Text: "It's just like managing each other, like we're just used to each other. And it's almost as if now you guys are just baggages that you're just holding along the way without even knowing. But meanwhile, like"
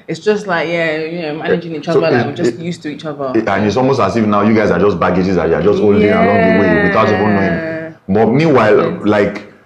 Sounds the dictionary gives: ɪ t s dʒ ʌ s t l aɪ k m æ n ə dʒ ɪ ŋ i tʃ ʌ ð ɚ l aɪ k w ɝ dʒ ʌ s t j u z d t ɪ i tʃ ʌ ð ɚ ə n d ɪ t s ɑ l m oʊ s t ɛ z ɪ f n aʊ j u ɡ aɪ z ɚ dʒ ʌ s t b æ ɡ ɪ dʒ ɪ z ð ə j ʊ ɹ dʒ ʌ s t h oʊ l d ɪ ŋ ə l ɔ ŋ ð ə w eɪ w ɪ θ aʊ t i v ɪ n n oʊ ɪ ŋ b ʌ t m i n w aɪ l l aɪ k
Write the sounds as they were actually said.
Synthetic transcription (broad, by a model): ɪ t s dʒ ʌ s t l aɪ k m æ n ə dʒ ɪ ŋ i tʃ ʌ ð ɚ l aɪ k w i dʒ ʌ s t j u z t ɪ i tʃ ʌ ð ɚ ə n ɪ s ɑ l m oʊ s t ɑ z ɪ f n aʊ j u ɡ aɪ z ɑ dʒ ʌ s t b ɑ ɡ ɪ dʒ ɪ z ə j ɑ dʒ ʌ s t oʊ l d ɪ ə l ɔ ŋ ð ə w eɪ w ɪ θ aʊ t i p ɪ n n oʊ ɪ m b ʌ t m i n w aɪ l l aɪ k